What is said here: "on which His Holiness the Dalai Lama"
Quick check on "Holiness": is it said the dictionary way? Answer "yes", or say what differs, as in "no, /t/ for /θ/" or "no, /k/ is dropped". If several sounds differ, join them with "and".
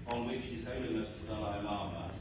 no, /l/ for /n/